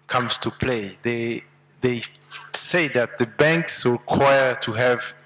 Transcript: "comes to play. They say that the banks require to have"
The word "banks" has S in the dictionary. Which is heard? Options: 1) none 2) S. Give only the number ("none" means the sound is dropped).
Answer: 2